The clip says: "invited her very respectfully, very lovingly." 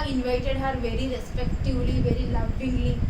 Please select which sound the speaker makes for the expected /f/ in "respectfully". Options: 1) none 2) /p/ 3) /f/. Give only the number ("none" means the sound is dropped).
1